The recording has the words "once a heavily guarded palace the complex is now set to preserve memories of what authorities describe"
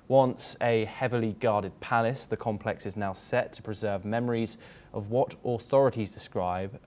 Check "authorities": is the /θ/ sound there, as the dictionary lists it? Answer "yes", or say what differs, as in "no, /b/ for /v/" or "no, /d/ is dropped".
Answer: yes